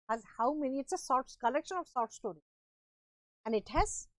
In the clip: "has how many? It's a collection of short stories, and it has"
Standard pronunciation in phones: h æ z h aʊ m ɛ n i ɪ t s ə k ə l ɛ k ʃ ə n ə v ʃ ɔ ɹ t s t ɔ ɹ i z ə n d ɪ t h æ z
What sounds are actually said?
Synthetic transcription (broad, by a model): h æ z h aʊ m ɛ n i ɪ t s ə k ə l ɛ k ʃ ə n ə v s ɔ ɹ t s t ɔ ɹ i ə n d ɪ t h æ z